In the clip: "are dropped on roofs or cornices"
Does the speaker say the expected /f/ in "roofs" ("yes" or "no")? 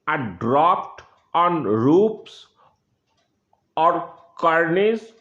no